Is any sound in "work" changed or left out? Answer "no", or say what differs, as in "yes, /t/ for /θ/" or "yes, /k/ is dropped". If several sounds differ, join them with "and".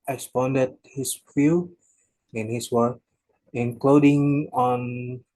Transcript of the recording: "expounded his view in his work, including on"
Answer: yes, /k/ is dropped